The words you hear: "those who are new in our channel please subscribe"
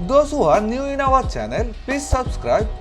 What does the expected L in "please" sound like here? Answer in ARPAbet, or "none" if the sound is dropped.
none